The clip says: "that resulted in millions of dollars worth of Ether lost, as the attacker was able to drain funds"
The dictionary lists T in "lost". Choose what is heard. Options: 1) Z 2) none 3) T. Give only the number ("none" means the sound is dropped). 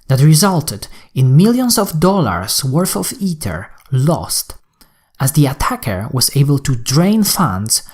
3